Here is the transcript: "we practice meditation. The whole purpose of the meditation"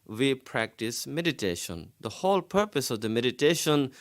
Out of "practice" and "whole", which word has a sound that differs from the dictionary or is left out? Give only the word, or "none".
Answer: none